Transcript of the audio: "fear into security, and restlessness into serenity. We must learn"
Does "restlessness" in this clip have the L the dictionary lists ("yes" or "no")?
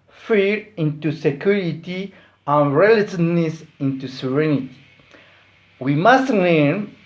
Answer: no